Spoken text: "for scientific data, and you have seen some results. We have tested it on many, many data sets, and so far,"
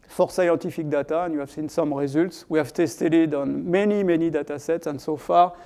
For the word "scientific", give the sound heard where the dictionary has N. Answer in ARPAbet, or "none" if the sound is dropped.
none